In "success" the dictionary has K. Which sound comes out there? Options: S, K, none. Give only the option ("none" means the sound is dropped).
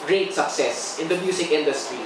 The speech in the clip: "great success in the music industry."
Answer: K